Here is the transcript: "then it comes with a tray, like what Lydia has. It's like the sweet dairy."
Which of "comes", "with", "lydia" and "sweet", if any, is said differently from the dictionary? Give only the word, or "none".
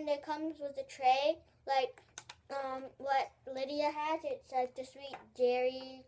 none